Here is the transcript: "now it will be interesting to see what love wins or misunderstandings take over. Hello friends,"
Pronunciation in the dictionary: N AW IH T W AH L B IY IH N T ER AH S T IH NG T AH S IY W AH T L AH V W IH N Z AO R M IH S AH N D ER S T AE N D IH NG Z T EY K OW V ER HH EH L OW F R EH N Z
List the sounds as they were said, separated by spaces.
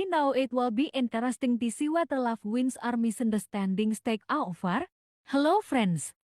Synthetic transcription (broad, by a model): N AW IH T W AH L B IY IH N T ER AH S T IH NG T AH S IY W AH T L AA F W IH N S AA R M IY S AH N D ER S T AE N D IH NG S T EY K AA F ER HH EH L OW F R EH N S